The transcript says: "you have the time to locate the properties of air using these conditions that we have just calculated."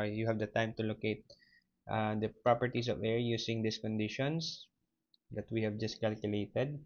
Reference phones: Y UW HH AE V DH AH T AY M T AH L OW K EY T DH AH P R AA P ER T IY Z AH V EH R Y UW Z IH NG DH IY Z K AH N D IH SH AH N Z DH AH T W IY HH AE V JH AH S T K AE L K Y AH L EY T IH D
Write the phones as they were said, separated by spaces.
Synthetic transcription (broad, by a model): Y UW HH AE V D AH T AY M T AH L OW K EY T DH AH P R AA P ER T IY S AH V EH R Y UW S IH NG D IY S K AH N D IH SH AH N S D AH T W IY HH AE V JH AH S T K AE L K Y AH L EY T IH D